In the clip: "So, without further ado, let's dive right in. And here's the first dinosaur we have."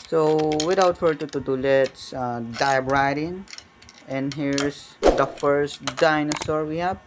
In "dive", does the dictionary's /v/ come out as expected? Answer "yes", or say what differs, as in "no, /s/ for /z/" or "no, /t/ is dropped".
no, /b/ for /v/